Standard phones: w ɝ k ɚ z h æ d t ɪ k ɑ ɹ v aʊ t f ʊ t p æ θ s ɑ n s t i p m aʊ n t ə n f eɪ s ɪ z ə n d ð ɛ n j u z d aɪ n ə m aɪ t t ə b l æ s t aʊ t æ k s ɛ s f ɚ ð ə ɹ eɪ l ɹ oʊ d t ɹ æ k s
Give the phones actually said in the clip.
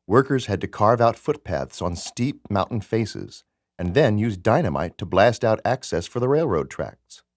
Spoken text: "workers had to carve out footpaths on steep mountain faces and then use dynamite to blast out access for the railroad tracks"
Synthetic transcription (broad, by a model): w ɝ k ɚ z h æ d t ɪ k ɑ ɹ v aʊ t f ʊ t p æ θ s n s t i p m aʊ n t n f eɪ s ɪ z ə n ð ɛ n j u z d aɪ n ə m aɪ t t ə b l æ s t aʊ t æ k s ɛ s f ɚ ð ə ɹ eɪ l ɹ oʊ d t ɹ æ k s